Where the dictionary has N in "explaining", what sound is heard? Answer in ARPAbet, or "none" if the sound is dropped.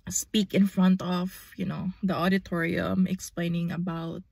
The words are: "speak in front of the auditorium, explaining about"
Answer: N